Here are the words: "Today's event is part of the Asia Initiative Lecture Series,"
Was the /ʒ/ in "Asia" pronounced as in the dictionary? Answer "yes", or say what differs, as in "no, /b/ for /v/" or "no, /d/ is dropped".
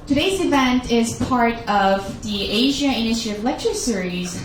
yes